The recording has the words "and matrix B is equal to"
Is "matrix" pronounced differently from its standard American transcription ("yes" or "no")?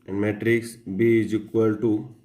no